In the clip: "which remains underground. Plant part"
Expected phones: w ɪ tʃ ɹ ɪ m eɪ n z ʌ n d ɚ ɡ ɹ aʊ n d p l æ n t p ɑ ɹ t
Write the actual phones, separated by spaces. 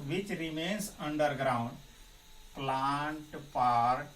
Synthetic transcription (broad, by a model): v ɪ tʃ ɹ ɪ m eɪ n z ʌ n d ɚ ɡ ɹ aʊ n d p l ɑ n t p ɑ ɹ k